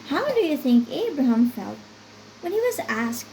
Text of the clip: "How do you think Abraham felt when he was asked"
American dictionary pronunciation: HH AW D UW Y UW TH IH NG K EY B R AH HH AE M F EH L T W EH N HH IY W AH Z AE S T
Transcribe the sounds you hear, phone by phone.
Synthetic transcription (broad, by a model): HH AW D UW Y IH TH IH NG K EY B R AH HH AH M F EH L T W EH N HH IY W AH Z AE S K